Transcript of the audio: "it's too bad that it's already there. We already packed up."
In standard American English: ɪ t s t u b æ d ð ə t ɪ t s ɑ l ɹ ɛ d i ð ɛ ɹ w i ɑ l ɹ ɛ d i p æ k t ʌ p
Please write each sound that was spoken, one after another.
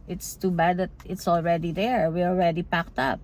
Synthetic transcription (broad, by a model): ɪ t s t u b æ d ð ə t ɪ t s ɑ l ɹ ɛ d i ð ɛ ɹ w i ɑ l ɹ ɛ d i p æ k t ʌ p